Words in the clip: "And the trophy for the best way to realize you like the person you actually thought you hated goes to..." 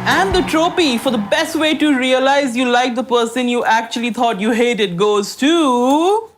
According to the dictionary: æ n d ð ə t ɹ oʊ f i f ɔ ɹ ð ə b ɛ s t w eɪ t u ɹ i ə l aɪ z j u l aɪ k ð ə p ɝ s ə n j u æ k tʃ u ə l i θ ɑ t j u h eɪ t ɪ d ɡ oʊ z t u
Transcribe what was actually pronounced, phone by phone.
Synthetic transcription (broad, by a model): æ n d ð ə t ɹ oʊ p i f ɔ ɹ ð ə b ɛ s t w eɪ t u ɹ i ə l aɪ z j u l aɪ k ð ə p ɝ s ə n j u æ k tʃ u ə l i t ɑ t j u h eɪ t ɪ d ɡ oʊ z t u